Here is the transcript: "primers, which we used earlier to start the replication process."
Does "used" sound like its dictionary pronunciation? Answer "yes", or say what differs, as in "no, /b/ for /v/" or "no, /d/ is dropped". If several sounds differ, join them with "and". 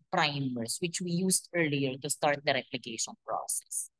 no, /s/ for /z/